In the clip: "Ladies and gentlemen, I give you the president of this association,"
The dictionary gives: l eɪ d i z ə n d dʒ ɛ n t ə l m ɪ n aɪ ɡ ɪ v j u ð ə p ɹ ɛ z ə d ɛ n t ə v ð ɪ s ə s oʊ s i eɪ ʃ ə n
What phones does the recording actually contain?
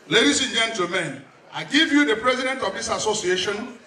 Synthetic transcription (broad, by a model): l eɪ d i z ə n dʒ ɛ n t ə m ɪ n aɪ ɡ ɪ v j u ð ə p ɹ ɛ z ə d ɛ n t ə v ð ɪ s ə s oʊ s i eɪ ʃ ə n